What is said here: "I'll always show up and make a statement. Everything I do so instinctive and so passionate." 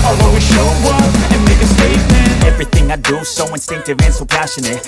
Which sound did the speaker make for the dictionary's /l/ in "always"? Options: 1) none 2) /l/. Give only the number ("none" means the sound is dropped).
1